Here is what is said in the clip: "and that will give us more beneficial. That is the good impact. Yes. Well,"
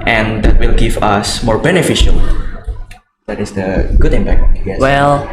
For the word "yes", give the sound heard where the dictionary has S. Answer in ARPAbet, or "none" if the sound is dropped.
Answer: none